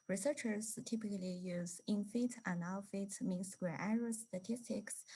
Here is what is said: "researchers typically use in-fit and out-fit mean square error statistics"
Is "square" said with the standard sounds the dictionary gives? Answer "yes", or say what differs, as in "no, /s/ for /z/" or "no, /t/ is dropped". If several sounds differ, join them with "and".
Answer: no, /k/ is dropped